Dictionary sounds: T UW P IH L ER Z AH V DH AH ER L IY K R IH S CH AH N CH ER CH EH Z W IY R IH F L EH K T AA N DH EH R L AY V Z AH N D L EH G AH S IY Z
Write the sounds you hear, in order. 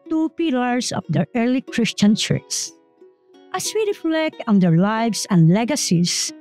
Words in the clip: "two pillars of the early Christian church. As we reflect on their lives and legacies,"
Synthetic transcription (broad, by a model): T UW P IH L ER S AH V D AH ER L IY K R IH S CH AH N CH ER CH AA S W IY R IH F L EH K T AA N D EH R L AY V S AH N D L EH G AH S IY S